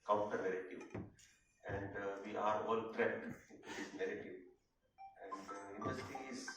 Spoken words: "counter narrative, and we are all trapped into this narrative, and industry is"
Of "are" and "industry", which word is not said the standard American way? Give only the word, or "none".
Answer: industry